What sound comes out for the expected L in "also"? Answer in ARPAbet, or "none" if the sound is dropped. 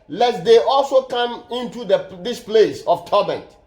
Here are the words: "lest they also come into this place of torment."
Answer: L